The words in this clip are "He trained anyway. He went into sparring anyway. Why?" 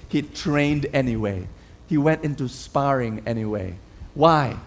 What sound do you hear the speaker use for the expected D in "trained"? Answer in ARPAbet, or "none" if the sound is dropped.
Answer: D